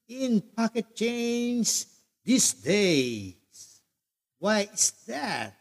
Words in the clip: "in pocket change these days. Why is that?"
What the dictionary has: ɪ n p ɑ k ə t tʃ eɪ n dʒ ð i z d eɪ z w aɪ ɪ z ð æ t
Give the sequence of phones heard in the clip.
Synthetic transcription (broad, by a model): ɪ n p ɑ k ə t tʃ eɪ n z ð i s d eɪ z w aɪ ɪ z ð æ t